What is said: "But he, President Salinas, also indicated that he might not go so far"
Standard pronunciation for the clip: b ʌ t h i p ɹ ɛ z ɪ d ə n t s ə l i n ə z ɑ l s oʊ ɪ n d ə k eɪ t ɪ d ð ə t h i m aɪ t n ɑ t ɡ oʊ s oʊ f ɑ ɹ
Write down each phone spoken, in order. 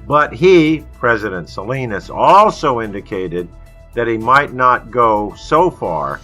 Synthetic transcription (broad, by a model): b ʌ t h i p ɹ ɛ z ɪ d ə n t s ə l i n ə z ɑ l s oʊ ɪ n d ə k eɪ t ɪ d ð ə t h i m aɪ t n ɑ t ɡ oʊ s oʊ f ɑ ɹ